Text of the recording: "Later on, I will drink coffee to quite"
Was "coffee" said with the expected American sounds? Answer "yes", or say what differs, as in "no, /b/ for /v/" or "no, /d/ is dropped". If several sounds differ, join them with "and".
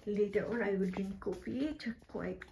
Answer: no, /p/ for /f/